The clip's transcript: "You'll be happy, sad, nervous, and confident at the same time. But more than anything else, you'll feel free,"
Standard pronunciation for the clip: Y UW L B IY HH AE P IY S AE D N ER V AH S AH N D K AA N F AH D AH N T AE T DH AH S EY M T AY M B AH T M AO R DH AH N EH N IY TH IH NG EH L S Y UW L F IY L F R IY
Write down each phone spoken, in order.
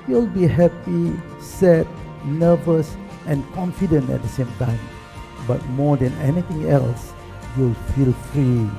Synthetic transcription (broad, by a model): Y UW L B IY HH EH P IY S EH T N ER V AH S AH N K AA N F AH D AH N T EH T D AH S EY M T AY M B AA T M AO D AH N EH N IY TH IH NG EH L S Y UW L F IY L F R IY